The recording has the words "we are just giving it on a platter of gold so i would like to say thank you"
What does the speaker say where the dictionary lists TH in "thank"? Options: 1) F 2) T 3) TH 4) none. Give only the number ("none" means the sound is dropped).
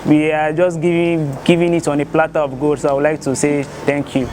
2